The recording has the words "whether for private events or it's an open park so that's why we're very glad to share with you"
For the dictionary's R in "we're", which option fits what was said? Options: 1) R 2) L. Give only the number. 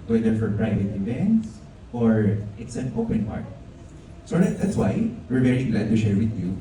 1